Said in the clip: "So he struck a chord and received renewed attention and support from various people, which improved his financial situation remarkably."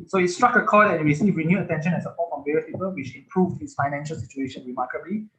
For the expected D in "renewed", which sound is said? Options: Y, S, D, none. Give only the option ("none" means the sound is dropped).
none